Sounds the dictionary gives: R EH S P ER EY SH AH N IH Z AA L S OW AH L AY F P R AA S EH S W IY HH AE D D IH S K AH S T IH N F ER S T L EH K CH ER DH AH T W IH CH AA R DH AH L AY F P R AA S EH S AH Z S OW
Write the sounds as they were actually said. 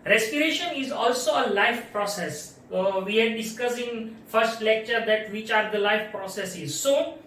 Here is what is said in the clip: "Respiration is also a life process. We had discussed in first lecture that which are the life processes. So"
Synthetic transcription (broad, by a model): R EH S P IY EY SH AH N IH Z AA L S OW AH L AY F P R AA S EH S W IY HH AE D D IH S K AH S IH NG F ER S T L EH K CH ER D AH T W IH CH AA R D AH L AY F P R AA S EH S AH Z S OW